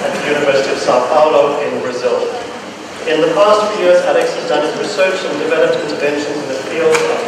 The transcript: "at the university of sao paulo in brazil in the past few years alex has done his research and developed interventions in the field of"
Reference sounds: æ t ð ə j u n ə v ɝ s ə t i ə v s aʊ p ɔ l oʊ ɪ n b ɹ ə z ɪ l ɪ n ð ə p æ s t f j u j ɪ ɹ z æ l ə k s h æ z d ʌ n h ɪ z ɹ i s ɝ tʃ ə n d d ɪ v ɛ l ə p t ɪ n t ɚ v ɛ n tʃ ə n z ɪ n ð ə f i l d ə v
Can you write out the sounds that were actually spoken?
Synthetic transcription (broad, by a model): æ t ð ə j u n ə v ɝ s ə t i ə v s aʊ p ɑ l oʊ ɪ n b ɹ ə z ɪ l ɪ n ð ə p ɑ s t f j u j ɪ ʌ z æ l ə k s h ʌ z d ʌ n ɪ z ɹ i s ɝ tʃ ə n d d ɪ v ɛ l ə p t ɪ n t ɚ v ɛ n ʃ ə n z ɪ n ð ə f i l d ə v